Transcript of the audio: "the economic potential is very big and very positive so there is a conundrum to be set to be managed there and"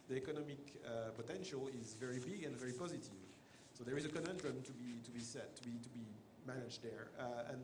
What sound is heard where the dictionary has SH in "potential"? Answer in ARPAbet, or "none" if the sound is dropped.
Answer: SH